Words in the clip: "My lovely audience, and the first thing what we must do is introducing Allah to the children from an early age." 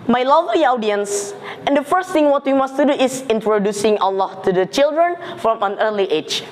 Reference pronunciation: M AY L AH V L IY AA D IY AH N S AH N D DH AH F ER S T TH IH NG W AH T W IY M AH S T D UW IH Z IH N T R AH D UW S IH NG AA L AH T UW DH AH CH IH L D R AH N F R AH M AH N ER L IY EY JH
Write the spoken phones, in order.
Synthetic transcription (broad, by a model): M AY L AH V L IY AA D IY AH N S AH N D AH F ER S T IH NG W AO T W IY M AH S T D UW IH S IH N T R AH D UW S IH NG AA L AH T UW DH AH CH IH L D R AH N F R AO M AH N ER L IY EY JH